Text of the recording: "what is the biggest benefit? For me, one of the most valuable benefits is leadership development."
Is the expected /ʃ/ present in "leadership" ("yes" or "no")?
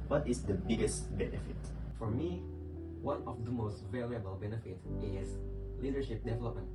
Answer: yes